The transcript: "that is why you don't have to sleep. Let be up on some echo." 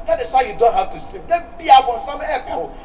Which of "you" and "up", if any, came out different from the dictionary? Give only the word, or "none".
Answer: up